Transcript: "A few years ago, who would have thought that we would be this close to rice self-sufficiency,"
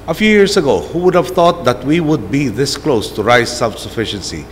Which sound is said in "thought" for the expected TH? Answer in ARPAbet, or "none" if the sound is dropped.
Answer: T